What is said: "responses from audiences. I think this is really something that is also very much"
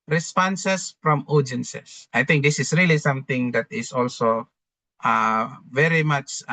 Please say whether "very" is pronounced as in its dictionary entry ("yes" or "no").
yes